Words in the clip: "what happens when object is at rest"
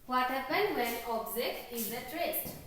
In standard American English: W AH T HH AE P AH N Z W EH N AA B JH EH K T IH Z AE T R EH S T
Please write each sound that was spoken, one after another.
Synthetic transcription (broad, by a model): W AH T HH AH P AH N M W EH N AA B Z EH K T IH Z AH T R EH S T